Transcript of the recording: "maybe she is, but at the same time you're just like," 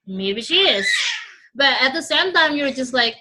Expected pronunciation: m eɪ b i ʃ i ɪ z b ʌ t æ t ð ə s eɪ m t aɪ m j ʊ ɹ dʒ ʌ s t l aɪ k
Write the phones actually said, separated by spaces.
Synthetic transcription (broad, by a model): m eɪ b i ʃ i ɪ z b ʌ t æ t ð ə s eɪ m t aɪ m j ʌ ɹ dʒ ʌ s t l aɪ k